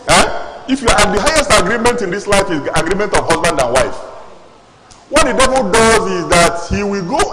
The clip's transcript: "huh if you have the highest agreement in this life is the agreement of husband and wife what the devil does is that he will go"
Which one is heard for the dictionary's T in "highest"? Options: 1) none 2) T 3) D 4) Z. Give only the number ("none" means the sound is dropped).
2